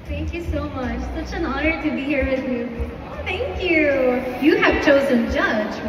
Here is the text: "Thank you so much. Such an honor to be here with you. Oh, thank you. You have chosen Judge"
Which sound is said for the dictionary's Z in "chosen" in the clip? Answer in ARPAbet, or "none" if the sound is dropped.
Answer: Z